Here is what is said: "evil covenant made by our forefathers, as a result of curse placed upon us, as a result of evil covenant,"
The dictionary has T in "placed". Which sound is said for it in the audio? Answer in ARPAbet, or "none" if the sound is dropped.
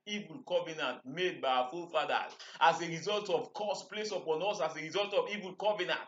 none